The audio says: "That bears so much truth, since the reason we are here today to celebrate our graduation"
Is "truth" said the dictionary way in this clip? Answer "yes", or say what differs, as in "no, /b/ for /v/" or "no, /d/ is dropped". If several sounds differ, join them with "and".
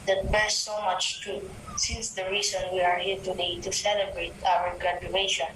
no, /ɹ/ is dropped